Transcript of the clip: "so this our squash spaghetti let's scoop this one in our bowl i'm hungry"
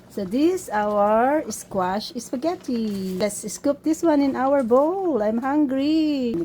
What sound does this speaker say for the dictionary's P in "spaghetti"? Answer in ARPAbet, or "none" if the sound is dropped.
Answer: F